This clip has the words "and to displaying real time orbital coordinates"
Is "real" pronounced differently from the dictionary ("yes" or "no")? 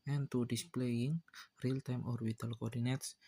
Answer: no